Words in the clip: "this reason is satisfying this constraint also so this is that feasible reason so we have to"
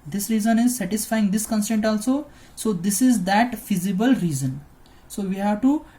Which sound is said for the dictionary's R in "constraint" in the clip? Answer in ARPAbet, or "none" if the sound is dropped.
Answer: none